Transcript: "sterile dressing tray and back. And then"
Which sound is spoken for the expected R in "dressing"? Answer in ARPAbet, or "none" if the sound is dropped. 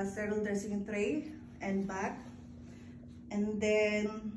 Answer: none